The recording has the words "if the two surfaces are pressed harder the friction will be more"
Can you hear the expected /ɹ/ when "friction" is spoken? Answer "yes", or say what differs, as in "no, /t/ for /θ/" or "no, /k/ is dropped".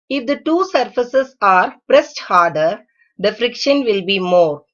yes